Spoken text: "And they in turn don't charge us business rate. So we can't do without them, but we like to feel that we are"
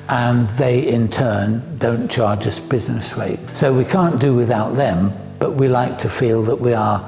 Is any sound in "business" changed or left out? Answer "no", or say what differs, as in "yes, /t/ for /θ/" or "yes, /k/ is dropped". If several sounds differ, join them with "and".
no